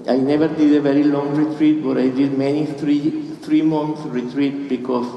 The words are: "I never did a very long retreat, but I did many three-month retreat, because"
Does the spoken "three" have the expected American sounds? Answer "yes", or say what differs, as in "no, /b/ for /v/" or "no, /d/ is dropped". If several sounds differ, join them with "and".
no, /t/ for /θ/